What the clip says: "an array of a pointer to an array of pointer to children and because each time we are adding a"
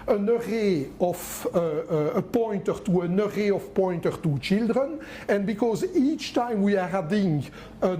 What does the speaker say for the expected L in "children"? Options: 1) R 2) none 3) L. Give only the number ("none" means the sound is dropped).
3